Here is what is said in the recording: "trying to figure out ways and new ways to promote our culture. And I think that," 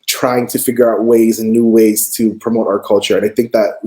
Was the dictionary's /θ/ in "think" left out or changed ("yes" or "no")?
no